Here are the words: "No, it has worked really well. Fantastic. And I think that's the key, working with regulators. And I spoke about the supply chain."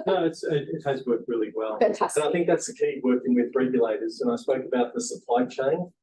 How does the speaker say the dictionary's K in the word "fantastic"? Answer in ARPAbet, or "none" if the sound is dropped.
none